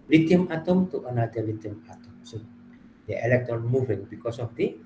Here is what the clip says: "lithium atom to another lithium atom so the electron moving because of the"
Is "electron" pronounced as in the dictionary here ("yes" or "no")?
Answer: no